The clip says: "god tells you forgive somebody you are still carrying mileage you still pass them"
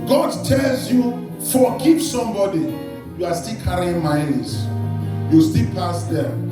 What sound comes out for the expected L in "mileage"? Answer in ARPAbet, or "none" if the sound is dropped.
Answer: N